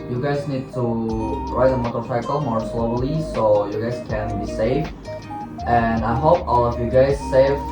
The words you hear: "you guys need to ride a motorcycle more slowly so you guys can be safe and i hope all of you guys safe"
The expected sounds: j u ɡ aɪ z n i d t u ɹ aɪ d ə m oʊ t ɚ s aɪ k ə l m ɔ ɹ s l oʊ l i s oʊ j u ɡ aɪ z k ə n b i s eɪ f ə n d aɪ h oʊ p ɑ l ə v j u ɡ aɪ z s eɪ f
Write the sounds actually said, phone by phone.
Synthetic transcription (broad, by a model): j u ɡ aɪ z n i d t u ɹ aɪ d ə m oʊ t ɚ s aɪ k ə l m ɔ ɹ s l oʊ l i s oʊ j u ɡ aɪ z k ə n b i s eɪ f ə n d aɪ h oʊ p ɑ l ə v j u ɡ aɪ z s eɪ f